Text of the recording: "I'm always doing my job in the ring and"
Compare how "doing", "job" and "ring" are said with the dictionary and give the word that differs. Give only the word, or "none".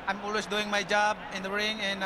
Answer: none